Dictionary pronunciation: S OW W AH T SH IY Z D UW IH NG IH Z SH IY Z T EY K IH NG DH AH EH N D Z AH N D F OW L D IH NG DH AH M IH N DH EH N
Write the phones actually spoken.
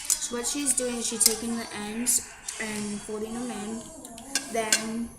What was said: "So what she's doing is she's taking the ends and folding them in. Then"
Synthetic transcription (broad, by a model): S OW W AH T SH IY Z D UW IH NG IH Z SH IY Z T EY K IH NG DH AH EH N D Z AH N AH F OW D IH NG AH M IH N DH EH N